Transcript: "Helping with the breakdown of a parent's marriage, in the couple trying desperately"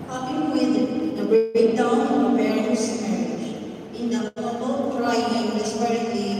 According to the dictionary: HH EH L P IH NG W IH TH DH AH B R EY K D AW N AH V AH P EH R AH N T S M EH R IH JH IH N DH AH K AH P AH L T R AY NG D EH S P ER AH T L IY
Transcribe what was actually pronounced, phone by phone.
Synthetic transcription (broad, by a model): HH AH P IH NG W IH DH AH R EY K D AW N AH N AH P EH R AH T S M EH R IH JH IH N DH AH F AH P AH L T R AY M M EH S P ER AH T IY